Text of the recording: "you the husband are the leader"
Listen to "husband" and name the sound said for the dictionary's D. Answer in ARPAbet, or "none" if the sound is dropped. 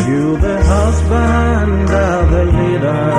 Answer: D